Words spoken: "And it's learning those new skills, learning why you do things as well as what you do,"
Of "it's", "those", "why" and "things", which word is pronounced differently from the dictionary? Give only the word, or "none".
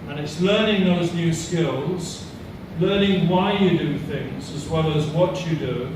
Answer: none